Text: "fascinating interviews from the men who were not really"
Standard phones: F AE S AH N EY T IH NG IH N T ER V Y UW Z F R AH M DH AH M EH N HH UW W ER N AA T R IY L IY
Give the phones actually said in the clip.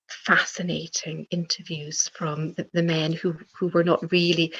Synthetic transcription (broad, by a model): F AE S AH N EY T IH NG IH N T ER V Y UW Z F R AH M DH AH M EH N HH UW W ER N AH T R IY L IY